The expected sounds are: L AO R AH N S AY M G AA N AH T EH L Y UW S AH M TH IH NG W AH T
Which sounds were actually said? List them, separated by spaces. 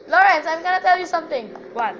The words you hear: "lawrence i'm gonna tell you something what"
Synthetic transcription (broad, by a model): L AO R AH N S AY M G AA N AH T EH L Y UW S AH M T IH NG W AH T